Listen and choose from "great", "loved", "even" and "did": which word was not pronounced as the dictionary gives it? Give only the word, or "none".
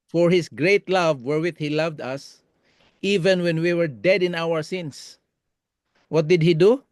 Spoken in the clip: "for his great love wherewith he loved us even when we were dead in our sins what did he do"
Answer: none